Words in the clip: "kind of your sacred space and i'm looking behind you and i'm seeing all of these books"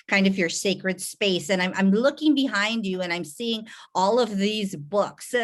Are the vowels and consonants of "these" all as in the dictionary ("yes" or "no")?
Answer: yes